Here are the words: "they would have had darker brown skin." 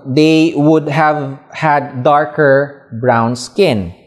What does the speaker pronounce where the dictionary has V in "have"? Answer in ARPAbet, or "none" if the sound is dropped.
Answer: V